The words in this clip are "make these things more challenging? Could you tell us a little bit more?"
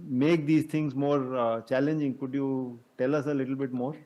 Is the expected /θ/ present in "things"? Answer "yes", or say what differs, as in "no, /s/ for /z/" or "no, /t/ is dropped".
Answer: no, /t/ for /θ/